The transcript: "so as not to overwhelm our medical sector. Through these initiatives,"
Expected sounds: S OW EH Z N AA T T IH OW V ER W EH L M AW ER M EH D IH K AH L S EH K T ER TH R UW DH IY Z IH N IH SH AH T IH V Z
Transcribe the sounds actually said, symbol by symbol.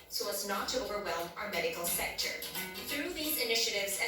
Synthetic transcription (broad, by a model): S OW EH Z N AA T T IH OW V ER W EH L M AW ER M EH D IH K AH L S EH K T ER TH R UW DH IY Z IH N IH SH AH T IH V Z